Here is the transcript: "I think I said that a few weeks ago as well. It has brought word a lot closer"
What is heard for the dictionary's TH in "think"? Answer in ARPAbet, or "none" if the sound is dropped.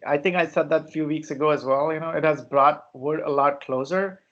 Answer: T